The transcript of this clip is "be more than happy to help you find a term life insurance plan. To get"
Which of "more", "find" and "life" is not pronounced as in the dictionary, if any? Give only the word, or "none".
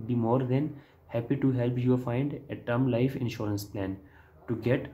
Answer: none